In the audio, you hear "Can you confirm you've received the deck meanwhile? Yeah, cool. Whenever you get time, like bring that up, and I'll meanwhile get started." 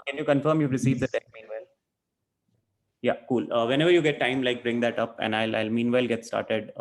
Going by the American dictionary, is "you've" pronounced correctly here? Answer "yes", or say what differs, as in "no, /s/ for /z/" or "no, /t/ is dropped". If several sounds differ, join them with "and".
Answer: no, /p/ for /v/